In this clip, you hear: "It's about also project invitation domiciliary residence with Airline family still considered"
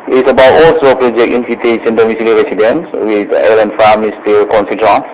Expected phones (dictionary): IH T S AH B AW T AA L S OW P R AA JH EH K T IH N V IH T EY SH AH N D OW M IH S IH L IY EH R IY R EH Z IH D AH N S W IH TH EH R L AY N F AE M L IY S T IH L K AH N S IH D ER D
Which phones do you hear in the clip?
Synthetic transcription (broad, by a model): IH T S AH B AW T AA L S OW P R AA JH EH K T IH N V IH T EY S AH N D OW M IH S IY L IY R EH S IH D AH N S W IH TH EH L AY N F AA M IY S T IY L K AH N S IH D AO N